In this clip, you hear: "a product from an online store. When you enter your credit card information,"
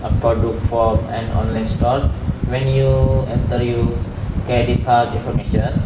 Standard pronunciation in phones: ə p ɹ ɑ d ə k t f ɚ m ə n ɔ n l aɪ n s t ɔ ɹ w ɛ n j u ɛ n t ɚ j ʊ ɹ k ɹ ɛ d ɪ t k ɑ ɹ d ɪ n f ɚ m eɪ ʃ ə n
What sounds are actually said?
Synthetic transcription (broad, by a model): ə p ɹ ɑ d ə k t f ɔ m ə n ɔ n l aɪ n s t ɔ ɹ w ɛ n j u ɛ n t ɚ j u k ɛ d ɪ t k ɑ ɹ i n f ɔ m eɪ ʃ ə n